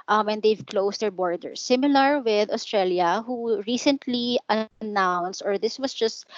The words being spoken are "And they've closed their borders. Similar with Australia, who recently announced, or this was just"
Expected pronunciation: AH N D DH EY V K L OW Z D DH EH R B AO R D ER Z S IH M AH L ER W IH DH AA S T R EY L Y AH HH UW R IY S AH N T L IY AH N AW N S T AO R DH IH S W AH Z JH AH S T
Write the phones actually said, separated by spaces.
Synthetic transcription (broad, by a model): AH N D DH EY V K L OW S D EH R B AO R D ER S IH M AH L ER W IH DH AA S T R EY L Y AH HH UW R IY S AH N T L IY AH N AW N S T AO R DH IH S W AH S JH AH S T